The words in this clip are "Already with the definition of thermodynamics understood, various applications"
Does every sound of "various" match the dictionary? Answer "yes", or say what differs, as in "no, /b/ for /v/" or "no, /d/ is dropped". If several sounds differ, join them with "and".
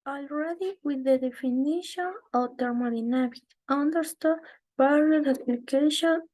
no, /b/ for /v/